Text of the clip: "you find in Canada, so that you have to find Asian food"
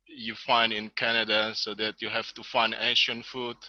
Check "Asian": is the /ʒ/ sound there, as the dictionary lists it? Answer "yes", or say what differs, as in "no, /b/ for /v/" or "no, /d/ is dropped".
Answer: no, /ʃ/ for /ʒ/